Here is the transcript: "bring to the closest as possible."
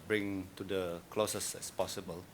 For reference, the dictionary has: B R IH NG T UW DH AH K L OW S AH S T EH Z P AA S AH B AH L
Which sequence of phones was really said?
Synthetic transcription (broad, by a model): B R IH NG T UW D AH K L OW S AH S EH S P AA S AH B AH L